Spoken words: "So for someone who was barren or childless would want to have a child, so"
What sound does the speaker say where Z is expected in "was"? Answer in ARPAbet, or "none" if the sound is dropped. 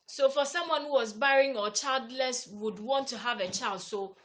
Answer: Z